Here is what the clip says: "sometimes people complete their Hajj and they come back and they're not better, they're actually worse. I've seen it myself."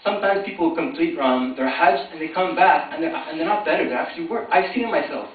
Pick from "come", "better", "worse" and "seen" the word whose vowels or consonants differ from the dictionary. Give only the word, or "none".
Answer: worse